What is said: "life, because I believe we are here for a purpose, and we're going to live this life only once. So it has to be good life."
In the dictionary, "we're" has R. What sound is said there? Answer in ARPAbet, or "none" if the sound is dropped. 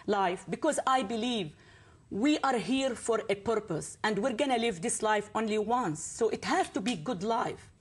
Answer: R